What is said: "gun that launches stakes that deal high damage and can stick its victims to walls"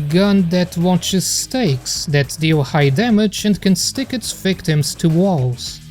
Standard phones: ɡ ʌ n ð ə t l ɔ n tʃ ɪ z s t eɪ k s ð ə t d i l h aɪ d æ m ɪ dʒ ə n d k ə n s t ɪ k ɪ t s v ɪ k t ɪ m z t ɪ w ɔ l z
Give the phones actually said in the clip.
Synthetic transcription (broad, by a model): ɡ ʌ n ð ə t w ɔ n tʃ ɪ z s t eɪ k s ð ə t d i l h aɪ d æ m ɪ dʒ ə n d k ə n s t ɪ k ɪ t s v ɪ k t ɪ m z t ɪ w ɔ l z